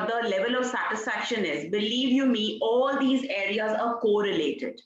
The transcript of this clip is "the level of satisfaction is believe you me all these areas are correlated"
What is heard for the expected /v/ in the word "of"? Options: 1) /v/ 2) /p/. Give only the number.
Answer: 1